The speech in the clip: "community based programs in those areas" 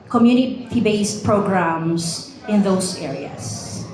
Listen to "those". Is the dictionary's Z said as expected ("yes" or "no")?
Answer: no